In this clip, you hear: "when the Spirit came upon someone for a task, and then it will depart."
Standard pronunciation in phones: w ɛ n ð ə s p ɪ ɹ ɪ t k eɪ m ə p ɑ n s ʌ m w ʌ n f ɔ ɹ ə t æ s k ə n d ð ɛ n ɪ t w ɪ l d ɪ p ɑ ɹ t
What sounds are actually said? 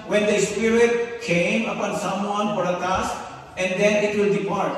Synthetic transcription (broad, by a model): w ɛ n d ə s p ɪ ɹ ɪ t k eɪ m ə p ɑ n s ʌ m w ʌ n p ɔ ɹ ə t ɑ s ə n d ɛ n ɪ t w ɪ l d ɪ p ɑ ɹ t